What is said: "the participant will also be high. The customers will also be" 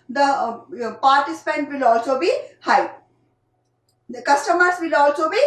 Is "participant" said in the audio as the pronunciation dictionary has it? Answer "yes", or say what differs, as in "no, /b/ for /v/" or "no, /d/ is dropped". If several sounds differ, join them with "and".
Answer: yes